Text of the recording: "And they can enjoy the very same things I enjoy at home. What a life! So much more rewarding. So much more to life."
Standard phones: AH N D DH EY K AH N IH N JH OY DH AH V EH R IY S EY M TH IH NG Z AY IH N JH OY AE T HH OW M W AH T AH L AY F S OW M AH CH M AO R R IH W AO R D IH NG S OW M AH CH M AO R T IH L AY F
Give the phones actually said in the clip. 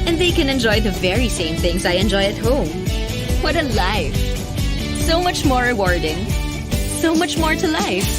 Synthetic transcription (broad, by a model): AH N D DH EY K AH N IH N JH OY DH AH V EH R IY S EY M TH IH NG Z AY IH N JH OY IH T HH OW M W AH T AH L AY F S OW M AH CH M AO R R IH W AO R D IH NG S OW M AH CH M AO R T IH L AY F